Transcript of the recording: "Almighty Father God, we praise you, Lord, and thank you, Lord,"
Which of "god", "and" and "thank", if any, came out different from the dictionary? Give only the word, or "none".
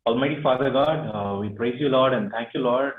thank